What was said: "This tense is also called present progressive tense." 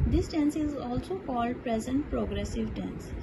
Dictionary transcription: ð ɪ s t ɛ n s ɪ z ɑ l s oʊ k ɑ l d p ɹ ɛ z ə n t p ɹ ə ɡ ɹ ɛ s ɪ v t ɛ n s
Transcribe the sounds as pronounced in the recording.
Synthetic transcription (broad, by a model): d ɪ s t ɛ n s ɪ z ɑ l s oʊ k ɑ l d p ɹ ɛ z ə n t p ɹ ə ɡ ɹ ɛ s ɪ v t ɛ n s